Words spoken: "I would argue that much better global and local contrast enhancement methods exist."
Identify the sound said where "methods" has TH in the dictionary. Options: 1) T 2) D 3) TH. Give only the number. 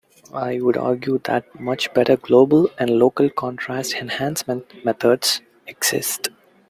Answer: 1